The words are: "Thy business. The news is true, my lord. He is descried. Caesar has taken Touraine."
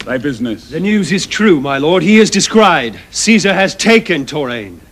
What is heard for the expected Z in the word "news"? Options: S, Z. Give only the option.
Z